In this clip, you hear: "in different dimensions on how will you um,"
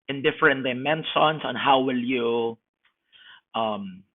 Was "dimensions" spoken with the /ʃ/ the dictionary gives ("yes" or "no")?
no